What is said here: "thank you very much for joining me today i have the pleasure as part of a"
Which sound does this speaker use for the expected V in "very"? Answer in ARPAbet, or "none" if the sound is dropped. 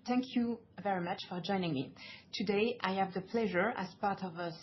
V